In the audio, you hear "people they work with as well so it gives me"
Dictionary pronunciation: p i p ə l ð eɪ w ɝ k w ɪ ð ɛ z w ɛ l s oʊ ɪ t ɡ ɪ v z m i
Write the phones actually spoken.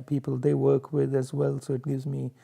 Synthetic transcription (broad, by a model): p i p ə l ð eɪ w ɝ k w ɪ ð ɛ z w ɛ l s oʊ ɪ t ɡ ɪ v z m i